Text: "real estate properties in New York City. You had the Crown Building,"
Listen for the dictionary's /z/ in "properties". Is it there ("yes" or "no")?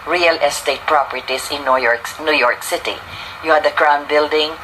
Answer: no